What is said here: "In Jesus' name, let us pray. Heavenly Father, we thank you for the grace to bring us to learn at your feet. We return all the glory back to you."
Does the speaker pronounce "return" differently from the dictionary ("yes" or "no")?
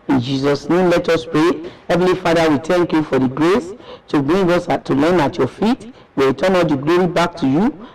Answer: yes